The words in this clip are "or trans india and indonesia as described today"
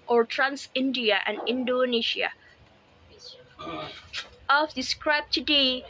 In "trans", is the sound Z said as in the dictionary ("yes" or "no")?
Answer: no